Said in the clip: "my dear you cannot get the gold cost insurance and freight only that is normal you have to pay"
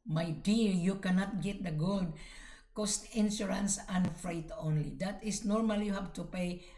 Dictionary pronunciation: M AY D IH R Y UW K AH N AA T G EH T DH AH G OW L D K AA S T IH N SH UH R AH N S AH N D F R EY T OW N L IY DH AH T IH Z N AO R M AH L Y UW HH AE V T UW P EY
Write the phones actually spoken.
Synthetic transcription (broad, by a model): M AY D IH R Y UW K AH N AA T G EH T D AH G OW D K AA S T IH N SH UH R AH N S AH N F R EY T OW N L IY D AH T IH S N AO R M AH L Y UW HH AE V T UW P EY